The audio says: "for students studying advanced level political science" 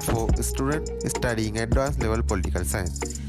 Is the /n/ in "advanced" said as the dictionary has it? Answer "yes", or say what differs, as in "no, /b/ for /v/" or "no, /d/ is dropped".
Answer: no, /n/ is dropped